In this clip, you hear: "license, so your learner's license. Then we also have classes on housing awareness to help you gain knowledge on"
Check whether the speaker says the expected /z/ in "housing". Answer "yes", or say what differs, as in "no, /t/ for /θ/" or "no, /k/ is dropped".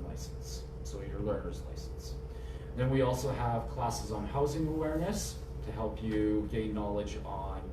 yes